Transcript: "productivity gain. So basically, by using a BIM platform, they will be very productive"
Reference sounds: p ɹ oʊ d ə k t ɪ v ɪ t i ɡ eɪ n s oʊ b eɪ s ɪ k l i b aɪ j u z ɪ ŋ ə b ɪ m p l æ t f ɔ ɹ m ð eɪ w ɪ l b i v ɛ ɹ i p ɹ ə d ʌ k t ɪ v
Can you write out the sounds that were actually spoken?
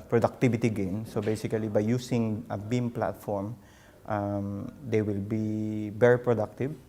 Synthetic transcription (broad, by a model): p ɹ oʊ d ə k t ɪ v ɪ t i ɡ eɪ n s oʊ b eɪ s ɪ k l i b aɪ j u s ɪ ŋ ə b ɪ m p l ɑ t f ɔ ɹ m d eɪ w ɪ l b i b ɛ ɹ p ɹ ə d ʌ k t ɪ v